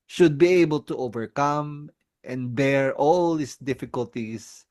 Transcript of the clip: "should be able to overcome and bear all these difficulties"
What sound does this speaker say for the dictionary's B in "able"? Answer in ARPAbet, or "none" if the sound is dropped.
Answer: B